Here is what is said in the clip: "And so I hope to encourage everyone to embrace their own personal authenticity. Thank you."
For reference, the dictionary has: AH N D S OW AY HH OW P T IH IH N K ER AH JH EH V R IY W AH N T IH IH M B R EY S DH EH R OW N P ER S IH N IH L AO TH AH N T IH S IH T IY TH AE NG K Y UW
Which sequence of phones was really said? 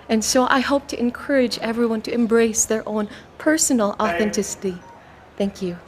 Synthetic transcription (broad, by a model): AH N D S OW AY HH OW P T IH IH N K ER AH JH EH V R IY W AH N T IH IH M B R EY S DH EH R OW N P ER S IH N L AO TH AH N T IH S IH T IY TH AE NG K Y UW